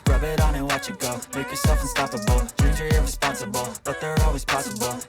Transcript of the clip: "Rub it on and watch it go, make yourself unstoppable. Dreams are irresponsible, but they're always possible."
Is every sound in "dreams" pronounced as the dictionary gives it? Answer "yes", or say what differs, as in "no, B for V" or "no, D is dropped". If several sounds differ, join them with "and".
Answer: no, M is dropped